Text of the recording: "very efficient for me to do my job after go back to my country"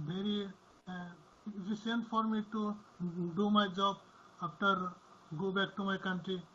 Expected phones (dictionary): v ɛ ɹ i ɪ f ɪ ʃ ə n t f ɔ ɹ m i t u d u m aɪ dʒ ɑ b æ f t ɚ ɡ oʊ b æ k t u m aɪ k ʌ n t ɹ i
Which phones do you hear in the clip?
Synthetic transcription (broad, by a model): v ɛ ɹ i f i s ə n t f ɔ ɹ m i t u d u m aɪ dʒ ɑ b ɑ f t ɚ ɡ oʊ b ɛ k t u m aɪ k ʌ n t ɹ i